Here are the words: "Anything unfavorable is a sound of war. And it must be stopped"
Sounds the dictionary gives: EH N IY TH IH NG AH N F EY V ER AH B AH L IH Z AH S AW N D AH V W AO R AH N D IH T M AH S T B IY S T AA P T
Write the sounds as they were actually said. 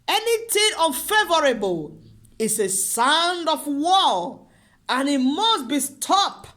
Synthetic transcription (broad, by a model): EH N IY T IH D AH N F EY V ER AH B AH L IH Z AH S AW N D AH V W AO L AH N IH T M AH S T B IY S T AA P